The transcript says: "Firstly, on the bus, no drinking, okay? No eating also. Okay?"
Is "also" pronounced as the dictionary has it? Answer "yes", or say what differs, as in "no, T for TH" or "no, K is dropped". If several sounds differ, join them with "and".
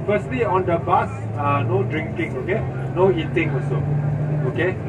no, L is dropped